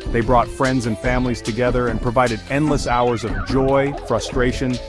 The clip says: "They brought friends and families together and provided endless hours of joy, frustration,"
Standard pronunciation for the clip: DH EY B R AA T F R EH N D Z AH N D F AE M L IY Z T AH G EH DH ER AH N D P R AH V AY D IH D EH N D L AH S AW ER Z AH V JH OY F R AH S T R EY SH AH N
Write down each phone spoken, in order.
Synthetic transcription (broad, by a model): DH EY B R AA T F R EH N D Z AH N F AE M L IY Z T AH G EH DH ER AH N P R AH V AY D IH D EH N D L AH S AW ER Z AH V JH OY F R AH S T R EY SH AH N